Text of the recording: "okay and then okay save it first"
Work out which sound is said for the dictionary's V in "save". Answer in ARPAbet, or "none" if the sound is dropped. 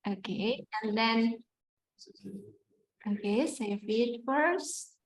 F